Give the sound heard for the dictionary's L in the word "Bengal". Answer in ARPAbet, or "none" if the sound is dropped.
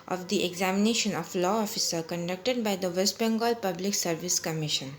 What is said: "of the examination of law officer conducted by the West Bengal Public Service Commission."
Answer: L